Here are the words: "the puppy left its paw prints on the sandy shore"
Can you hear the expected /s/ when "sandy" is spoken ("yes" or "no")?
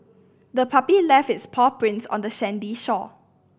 no